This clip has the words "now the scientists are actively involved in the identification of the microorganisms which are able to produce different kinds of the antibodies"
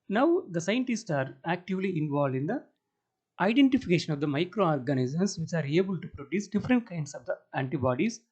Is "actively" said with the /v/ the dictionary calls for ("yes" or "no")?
yes